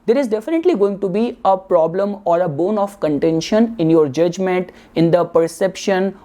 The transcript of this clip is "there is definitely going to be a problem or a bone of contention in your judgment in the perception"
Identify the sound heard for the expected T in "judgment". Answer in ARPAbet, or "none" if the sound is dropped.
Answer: T